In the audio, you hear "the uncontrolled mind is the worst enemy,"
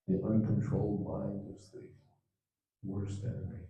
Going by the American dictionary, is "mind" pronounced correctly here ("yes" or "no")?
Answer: no